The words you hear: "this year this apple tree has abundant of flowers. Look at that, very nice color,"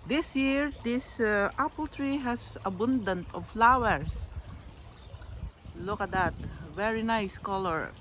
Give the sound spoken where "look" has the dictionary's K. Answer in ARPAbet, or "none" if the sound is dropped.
K